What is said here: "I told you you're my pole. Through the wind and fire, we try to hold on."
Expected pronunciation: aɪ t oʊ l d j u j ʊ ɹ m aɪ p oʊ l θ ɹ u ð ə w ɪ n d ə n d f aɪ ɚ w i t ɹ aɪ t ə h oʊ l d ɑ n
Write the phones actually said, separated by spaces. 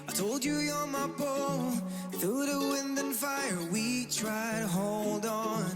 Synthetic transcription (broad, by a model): aɪ t oʊ l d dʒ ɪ j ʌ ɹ m aɪ b oʊ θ u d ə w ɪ n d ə n f aɪ ɚ w i t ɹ aɪ t ə h oʊ l d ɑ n